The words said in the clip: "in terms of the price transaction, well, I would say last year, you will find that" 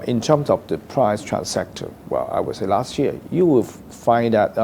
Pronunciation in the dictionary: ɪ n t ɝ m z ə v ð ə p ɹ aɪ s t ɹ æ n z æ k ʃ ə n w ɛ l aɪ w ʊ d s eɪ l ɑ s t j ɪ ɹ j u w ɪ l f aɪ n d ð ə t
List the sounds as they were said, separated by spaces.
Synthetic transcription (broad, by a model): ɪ n t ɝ m s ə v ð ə p ɹ aɪ s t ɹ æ n s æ k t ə w ɛ l aɪ w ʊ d s eɪ l ɑ s t j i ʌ j u w ɪ l f aɪ n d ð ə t